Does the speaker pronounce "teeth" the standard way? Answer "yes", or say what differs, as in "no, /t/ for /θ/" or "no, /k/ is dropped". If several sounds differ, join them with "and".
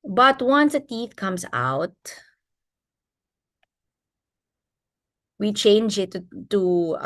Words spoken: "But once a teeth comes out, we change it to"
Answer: yes